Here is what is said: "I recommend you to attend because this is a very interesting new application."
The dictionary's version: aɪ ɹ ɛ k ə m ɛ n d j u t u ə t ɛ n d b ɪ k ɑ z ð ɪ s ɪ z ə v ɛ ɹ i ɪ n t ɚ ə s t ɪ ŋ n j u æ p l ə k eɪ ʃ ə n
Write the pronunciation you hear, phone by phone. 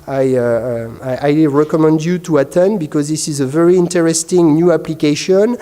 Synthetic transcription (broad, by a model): aɪ ɹ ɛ k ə m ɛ n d j u t u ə t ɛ n b ɪ k ɑ z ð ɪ s ɪ z ə v ɛ ɹ i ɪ n t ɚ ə s t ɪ ŋ n j u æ p l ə k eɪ ʃ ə n